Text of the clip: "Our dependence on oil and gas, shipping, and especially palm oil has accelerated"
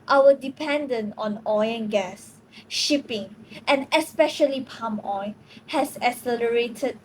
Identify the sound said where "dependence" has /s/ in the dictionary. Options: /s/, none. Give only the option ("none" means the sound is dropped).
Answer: none